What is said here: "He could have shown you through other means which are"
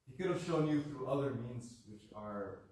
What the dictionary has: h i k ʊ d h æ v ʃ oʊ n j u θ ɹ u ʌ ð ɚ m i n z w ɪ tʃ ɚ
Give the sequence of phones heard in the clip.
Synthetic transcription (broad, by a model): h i k ʊ d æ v ʃ oʊ n j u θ ɹ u ʌ ð ɚ m i n z w ɪ tʃ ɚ